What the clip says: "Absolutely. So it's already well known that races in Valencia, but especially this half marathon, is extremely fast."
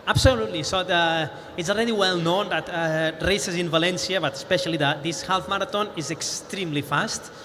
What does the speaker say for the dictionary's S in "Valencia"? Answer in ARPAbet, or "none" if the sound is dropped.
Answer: S